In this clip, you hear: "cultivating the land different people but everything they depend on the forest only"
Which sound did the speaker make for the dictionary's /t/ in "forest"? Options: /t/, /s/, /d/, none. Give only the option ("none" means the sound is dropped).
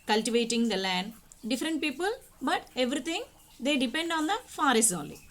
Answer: none